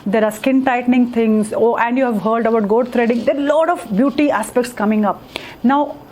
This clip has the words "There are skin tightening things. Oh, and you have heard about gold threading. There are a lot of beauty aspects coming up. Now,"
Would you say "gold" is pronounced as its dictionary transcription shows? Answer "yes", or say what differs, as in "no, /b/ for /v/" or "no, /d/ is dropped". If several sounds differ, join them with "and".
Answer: no, /l/ is dropped